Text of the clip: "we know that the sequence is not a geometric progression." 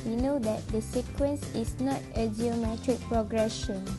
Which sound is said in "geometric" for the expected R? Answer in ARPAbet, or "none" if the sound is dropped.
R